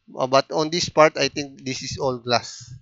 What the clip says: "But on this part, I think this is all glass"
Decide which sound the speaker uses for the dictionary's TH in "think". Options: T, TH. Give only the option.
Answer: T